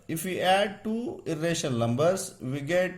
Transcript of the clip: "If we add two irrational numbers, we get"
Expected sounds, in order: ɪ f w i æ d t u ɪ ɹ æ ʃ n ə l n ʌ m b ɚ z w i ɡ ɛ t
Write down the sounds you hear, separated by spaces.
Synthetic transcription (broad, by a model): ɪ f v i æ d t u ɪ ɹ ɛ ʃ ə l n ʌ m b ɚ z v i ɡ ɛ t